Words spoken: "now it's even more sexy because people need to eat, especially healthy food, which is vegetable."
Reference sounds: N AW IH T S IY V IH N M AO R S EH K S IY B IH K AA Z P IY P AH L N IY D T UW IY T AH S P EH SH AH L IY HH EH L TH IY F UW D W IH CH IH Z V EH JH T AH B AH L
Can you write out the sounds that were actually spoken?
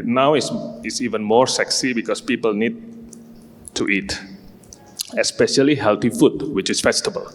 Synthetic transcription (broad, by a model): N AW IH S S IY V IH N M AO R S EH K S IY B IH K AA S P IY P AH L N IY D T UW IY T AH S P EH SH AH L IY HH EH L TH IY F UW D W IH CH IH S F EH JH T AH B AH L